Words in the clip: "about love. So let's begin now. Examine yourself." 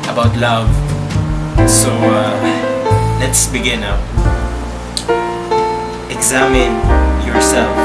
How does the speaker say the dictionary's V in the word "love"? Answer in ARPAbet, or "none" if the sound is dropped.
V